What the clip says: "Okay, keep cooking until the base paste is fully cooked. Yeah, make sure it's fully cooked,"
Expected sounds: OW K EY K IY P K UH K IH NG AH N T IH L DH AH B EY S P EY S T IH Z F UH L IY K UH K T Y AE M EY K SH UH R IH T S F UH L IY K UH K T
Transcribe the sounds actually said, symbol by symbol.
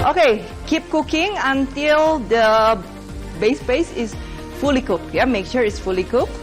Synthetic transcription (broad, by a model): OW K EY K IY P K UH K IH NG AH N T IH L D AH B EY S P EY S IH S F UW L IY K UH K Y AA M EY K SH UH R IH T S F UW L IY K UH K